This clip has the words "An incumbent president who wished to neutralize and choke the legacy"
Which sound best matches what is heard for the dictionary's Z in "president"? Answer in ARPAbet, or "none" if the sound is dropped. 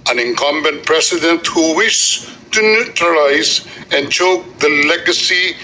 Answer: S